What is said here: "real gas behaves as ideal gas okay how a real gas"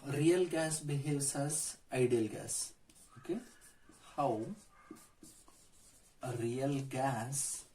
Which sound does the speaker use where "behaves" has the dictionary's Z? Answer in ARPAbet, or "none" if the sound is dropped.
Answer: S